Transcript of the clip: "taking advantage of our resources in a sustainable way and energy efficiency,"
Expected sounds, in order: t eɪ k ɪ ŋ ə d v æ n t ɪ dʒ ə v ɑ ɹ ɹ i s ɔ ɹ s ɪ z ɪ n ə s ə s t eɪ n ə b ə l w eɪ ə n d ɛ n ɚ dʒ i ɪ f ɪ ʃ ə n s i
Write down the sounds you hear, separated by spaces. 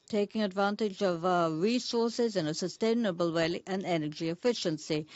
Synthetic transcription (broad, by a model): t eɪ k ɪ ŋ ə d v æ n t ɪ dʒ ə v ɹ ɹ i s ɔ ɹ s ɪ z ɪ n ə s ə s t eɪ n ə b ə l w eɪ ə n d ɛ n ɚ dʒ i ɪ f ɪ ʃ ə n s i